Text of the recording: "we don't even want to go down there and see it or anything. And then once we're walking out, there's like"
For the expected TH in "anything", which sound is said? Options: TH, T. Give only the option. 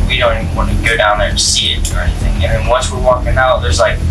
TH